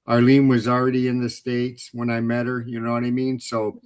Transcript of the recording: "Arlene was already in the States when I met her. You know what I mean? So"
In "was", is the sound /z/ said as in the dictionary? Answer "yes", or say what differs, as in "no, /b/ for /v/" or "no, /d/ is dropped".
yes